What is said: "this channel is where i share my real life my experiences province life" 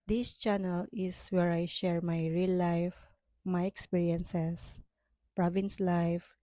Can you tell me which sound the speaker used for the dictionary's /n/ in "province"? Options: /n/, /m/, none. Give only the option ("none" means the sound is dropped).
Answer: /n/